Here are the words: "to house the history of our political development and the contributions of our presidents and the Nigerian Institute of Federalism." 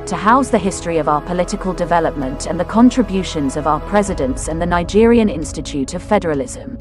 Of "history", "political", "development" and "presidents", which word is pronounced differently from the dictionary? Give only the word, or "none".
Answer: none